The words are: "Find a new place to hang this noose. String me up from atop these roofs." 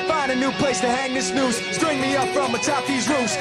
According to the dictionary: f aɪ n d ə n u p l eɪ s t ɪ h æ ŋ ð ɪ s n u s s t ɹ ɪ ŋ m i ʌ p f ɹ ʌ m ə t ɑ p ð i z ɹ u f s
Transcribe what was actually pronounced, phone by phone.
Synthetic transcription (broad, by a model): f aɪ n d ə n u p l eɪ s t ɪ h æ ŋ ð ɪ s n u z s t ɹ ɪ ŋ m i ʌ p f ɹ ʌ m ə t ɑ p ð i z ɹ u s